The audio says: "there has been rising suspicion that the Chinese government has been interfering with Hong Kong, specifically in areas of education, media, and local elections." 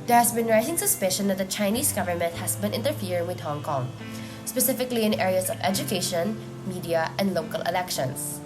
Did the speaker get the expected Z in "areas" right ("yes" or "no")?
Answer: no